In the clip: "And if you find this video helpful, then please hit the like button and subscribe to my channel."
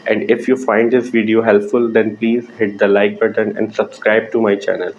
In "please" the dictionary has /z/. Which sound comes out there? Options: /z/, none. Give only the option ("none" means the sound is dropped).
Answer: /z/